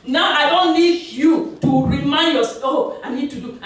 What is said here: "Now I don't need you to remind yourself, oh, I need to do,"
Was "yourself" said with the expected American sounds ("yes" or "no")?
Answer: no